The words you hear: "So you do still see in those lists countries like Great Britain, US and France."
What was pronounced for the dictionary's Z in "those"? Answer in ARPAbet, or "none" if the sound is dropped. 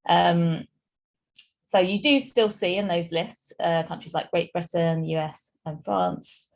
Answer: Z